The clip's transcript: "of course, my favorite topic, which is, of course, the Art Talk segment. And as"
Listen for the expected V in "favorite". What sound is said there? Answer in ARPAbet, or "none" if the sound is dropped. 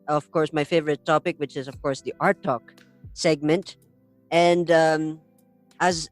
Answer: V